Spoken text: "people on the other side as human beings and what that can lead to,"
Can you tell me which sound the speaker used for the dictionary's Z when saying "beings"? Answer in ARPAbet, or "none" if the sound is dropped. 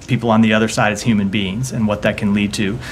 Z